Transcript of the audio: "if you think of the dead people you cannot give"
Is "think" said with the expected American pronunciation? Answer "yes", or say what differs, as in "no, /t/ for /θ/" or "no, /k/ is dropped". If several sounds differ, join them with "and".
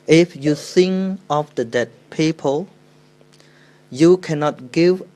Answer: no, /s/ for /θ/ and /k/ is dropped